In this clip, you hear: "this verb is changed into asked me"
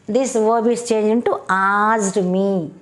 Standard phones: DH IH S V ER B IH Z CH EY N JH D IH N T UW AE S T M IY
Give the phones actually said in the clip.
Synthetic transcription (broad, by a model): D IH S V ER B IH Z CH EY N JH IH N T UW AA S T M IY